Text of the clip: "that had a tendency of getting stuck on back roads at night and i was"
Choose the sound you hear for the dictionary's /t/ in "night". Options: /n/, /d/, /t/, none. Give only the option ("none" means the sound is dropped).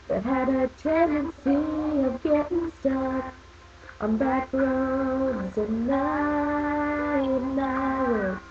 none